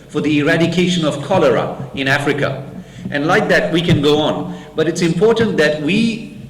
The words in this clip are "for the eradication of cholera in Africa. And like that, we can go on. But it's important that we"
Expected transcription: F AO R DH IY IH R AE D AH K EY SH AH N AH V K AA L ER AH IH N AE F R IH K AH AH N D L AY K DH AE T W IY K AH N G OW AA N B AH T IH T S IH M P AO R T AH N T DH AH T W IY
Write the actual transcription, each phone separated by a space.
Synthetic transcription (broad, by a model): F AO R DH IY IH R AE D AH K EY SH AH N AH V K AA L ER AH IH N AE F R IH K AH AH N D L AY K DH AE T W IY K AH N G OW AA N B AH T IH T S IH M P AO R T AH N T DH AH T W IY